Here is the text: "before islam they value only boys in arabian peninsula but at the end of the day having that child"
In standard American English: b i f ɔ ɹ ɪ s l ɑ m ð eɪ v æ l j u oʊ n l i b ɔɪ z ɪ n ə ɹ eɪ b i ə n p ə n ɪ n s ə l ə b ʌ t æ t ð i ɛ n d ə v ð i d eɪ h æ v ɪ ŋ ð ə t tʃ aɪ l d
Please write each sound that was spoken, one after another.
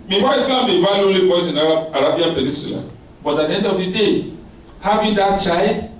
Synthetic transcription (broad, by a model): b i f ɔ ɪ s l ɑ m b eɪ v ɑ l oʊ l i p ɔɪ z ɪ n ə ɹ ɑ b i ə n p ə n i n s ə l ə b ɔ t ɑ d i ɛ n d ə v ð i d eɪ h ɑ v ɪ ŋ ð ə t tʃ aɪ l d